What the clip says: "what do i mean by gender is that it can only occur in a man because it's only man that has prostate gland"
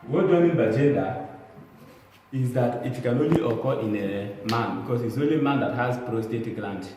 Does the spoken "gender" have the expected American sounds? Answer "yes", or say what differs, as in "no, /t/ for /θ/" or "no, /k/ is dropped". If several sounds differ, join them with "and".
no, /n/ is dropped